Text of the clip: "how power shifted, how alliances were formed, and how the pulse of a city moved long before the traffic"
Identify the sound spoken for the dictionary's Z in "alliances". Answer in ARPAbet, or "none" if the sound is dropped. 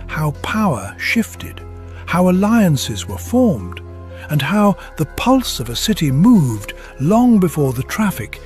Z